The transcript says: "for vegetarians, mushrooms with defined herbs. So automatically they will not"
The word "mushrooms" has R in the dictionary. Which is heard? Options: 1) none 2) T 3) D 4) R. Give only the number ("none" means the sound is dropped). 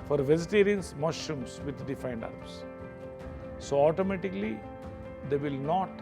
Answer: 1